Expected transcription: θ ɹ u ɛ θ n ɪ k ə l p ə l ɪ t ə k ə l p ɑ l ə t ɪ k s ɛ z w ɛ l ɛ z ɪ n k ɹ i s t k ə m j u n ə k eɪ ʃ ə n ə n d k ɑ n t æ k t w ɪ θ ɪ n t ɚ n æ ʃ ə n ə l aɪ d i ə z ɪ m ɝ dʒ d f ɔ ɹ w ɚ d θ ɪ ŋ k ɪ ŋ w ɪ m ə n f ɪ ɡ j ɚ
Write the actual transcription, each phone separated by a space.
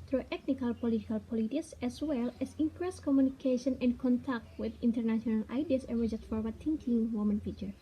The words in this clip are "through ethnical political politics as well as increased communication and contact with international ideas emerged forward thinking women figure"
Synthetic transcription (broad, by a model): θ ɹ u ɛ t n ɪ k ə l p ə l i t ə k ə l p ɑ l ə t ɪ k s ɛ s w ɛ l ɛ s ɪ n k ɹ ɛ s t k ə m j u n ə k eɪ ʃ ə n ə n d k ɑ n t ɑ k t w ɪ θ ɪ n t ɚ n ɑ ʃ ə n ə l aɪ d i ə s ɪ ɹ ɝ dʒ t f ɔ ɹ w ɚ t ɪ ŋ k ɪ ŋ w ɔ m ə n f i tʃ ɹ